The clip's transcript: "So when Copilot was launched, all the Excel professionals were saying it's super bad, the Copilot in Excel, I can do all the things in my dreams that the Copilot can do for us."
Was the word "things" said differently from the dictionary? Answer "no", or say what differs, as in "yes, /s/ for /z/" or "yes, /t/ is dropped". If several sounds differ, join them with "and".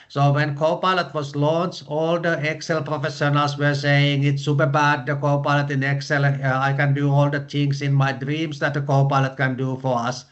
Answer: yes, /t/ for /θ/ and /s/ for /z/